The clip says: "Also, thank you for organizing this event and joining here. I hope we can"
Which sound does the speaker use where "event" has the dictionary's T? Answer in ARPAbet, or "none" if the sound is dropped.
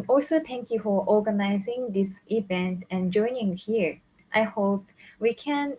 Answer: T